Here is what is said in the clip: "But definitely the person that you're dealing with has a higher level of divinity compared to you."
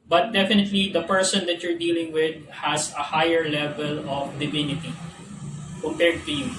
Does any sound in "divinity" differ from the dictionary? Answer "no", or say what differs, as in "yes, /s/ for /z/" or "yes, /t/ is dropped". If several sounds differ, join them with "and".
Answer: no